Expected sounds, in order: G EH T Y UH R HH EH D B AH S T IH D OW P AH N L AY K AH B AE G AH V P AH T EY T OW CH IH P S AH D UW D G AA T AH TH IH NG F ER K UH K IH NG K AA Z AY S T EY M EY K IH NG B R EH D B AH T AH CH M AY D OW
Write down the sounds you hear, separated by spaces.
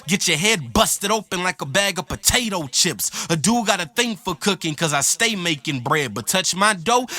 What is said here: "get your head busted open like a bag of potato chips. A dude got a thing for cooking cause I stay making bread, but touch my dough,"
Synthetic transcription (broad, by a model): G EH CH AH R HH EH D B AH S T IH D OW P AH N L AY K AH B AE G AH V P AH T EY T OW CH IH P S AH D UW G AA T AH TH IH NG F ER K UH K IH NG K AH Z AY S T EY M EY K IH NG B R EH D B AH T AH CH M AY D OW